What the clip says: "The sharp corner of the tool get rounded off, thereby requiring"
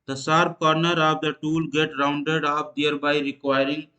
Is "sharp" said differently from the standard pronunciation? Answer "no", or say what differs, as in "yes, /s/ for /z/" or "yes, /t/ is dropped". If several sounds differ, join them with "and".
yes, /s/ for /ʃ/